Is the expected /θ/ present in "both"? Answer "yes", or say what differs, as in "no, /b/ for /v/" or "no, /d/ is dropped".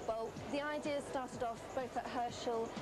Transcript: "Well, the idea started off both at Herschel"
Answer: yes